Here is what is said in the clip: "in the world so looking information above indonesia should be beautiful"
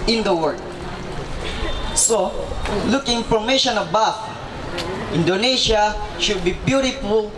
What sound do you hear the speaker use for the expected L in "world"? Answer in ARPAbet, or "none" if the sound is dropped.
none